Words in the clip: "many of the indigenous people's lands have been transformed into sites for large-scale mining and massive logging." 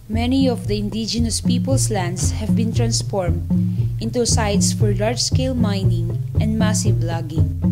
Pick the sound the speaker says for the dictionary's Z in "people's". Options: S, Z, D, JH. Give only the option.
S